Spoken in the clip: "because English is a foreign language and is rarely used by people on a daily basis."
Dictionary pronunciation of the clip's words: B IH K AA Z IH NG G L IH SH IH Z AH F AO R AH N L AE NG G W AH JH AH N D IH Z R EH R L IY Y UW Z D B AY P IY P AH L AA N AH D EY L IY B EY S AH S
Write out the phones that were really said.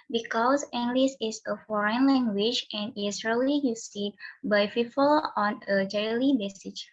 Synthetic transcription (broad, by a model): B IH K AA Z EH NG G L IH S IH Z AH F AO R AH N L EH NG G W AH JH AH N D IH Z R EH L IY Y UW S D B AY F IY F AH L AA N AH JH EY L IY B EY S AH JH